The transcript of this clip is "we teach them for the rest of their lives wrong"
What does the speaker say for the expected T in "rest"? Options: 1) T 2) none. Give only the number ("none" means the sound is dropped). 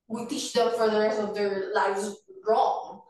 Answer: 2